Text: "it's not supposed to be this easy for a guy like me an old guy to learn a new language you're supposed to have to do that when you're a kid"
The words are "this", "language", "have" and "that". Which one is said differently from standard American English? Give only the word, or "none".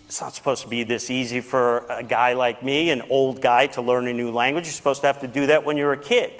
have